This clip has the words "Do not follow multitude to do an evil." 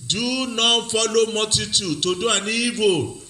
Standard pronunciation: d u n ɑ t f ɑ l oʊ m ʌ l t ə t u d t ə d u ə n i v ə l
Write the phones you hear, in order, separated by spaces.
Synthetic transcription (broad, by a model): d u n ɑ f ɑ l oʊ m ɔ t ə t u t ə d u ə n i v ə